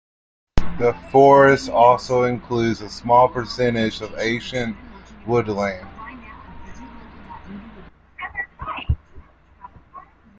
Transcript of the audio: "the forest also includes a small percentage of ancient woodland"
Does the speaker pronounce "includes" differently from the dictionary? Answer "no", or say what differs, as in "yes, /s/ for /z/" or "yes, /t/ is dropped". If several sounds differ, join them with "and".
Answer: no